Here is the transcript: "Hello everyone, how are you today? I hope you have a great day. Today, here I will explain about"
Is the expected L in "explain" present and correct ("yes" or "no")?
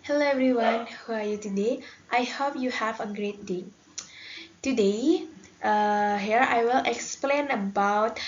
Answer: yes